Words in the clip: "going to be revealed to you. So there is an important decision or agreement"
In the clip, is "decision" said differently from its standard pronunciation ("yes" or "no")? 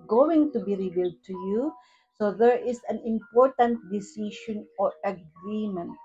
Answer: yes